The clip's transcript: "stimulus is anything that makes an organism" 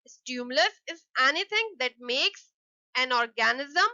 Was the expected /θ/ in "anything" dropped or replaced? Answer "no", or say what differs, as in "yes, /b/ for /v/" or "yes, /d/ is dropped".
yes, /t/ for /θ/